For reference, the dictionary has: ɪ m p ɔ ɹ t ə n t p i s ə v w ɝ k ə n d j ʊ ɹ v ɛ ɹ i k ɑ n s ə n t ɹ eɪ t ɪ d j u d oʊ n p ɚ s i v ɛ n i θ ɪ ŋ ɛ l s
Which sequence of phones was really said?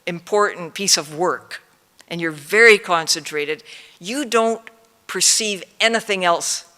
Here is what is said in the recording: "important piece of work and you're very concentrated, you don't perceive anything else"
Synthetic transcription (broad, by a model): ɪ m p ɔ ɹ t n p i s ə v w ɝ k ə n j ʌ ɹ v ɛ ɹ i k ɑ n s ə n t ɹ eɪ t ɪ d j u d oʊ n p ɚ s i v ɛ n i θ ɪ ŋ ɛ l s